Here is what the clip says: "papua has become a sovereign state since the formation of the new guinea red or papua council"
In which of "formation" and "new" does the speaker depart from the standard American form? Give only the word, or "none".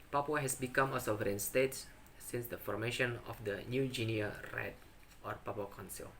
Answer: none